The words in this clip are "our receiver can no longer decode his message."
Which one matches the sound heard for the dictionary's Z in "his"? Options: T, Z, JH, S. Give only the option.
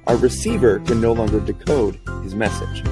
Z